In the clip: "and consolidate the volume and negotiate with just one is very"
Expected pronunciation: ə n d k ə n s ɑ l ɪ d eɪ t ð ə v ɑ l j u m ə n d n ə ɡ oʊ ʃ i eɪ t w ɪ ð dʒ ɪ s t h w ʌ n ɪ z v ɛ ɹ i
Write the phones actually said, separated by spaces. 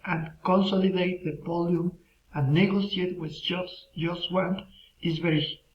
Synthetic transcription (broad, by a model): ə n k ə n s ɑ l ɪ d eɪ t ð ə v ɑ l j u m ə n n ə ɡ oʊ s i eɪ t w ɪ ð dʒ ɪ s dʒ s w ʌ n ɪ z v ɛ ɹ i